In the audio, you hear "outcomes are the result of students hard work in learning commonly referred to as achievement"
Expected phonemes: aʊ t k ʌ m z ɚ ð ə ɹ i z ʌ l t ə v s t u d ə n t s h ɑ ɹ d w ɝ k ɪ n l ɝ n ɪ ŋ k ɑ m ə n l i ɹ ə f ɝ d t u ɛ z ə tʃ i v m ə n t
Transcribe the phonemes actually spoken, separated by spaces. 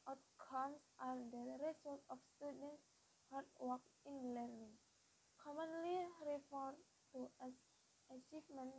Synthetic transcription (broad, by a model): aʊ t k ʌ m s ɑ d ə ɹ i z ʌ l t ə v s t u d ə n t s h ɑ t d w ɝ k ɪ n l ɝ n ɪ ŋ k ɑ m ə n l i ɹ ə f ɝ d t u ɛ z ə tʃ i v m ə n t